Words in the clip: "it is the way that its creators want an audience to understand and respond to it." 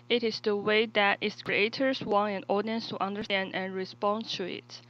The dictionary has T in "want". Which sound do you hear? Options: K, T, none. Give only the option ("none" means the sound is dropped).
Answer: none